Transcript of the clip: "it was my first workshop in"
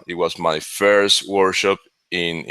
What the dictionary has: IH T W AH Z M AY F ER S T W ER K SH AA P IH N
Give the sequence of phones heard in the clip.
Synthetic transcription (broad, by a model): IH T W AH Z M AY F ER S T W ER SH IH P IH N